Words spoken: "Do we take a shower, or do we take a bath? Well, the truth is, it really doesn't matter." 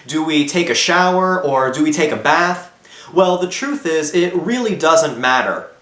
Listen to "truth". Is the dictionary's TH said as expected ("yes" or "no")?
yes